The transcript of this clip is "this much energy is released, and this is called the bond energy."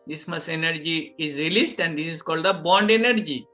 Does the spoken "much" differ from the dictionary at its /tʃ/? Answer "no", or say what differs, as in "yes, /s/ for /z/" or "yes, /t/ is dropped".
yes, /s/ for /tʃ/